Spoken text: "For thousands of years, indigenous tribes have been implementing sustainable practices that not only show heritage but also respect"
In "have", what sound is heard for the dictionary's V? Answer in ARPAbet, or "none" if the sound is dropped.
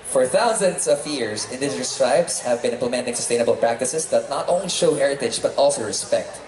V